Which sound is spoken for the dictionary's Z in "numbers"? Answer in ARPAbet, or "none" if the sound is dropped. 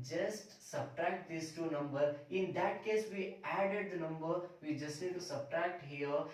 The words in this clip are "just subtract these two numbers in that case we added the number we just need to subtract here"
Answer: none